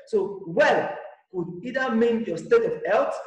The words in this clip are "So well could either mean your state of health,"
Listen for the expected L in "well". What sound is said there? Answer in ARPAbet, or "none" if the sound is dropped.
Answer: L